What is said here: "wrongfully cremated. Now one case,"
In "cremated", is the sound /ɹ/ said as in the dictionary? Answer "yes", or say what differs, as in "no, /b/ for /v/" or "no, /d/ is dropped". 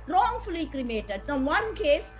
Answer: yes